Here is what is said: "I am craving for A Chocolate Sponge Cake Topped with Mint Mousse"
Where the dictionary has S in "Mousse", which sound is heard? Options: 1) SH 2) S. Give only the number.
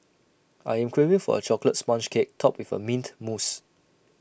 2